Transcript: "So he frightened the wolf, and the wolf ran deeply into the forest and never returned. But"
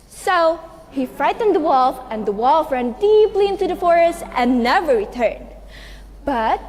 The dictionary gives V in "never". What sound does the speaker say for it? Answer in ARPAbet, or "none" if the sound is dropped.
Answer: V